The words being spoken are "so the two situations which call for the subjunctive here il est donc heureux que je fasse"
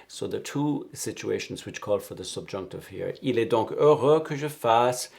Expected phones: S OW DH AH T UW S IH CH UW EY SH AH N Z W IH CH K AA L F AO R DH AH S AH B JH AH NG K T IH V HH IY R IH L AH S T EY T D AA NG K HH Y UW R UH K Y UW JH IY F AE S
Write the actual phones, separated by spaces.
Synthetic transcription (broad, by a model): S OW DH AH T UW S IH CH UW EY SH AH N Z W IH CH K AA L F AO R DH AH S AH B JH AH NG K T IH V HH IY R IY L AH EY D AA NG K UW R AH K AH ZH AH F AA S